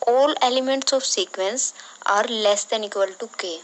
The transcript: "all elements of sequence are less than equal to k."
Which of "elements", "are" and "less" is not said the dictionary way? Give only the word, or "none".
none